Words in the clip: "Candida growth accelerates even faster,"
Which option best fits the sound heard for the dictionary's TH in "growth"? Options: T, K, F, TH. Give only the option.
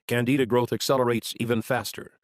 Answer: TH